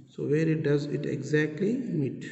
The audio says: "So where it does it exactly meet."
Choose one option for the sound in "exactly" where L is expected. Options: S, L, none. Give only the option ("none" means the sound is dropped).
L